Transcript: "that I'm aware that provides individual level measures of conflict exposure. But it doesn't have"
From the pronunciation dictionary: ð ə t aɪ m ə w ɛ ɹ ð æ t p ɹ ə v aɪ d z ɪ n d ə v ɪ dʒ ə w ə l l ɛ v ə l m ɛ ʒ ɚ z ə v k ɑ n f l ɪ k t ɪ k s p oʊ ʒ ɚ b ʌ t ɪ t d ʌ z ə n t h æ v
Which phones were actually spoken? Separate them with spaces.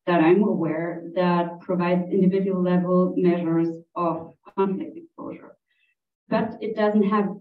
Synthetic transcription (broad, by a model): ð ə t aɪ m ə w ɛ ɹ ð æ t p ɹ ə v aɪ d z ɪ n d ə v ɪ dʒ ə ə l l ɛ v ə l m ɛ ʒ ɚ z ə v k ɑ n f l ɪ k t ɪ k s p oʊ ʒ ɚ b ʌ t ɪ t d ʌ z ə n t h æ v